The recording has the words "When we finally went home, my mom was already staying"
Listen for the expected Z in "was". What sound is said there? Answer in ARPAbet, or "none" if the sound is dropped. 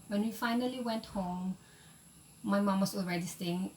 S